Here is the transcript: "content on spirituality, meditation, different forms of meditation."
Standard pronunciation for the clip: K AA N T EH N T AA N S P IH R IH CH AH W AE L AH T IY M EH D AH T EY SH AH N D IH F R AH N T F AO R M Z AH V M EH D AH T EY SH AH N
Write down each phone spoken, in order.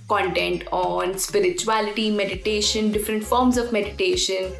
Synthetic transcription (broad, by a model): K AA N T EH N T AA N S P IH R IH CH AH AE L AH T IY M EH D AH T EY SH AH N D IH F R AH N T F AO R M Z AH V M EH D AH T EY SH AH N